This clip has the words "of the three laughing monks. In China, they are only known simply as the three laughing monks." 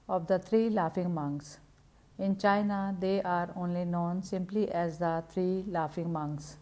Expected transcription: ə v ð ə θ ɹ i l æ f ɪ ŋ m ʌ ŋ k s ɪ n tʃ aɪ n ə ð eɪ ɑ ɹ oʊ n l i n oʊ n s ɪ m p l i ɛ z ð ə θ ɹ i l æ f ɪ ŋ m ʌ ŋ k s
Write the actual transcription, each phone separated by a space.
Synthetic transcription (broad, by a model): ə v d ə t ɹ i l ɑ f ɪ ŋ m ʌ ŋ k s ɪ n tʃ aɪ n ə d eɪ ɑ ɹ oʊ n l i n oʊ n s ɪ m p l i ɛ z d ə t ɹ i l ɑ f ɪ ŋ m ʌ ŋ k s